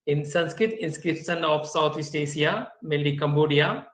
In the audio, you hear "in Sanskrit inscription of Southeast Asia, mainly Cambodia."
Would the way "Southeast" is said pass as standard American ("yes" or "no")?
no